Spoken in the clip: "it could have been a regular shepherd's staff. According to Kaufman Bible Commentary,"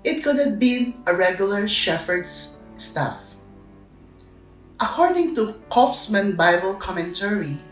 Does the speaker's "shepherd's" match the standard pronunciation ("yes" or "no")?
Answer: no